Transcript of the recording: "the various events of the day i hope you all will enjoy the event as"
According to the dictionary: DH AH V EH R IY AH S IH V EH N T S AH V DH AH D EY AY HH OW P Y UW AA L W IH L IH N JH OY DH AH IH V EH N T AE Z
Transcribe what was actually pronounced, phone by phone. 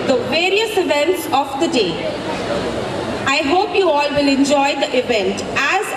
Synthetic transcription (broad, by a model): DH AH V EH R IY AH S IH V EH N T S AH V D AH D EY AY HH OW P Y UW AA L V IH L IH N JH OY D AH IH V EH N T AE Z